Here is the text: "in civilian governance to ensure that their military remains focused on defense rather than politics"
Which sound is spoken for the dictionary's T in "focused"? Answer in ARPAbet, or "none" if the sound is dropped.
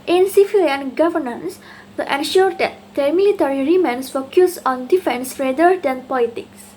none